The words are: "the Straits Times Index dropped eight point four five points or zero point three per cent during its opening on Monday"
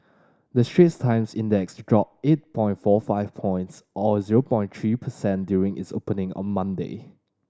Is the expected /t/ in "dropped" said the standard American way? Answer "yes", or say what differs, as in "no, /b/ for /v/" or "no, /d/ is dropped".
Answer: no, /t/ is dropped